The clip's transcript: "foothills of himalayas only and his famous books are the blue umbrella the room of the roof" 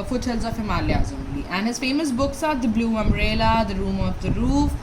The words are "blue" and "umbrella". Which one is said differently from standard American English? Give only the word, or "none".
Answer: umbrella